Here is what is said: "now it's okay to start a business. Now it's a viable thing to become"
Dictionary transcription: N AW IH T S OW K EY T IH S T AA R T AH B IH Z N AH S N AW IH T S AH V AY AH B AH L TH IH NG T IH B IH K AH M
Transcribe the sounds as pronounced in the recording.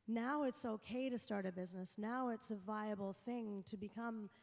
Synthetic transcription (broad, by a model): N AW IH T S OW K EY T IH S T AA R T AH B IH Z N AH S N AW IH T S AH V AY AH B L TH IH NG T IH B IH K AH M